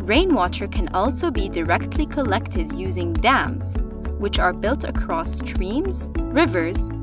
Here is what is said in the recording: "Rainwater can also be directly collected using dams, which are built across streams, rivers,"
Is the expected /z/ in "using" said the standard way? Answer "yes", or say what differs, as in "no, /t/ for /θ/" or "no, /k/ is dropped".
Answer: yes